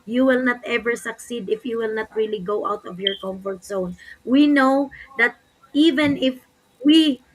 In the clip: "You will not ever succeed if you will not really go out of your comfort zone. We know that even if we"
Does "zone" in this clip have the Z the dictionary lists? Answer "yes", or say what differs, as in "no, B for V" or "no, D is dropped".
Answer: no, S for Z